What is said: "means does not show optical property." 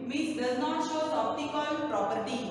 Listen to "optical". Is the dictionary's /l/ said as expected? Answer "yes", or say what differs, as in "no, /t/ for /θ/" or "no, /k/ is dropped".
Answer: no, /n/ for /l/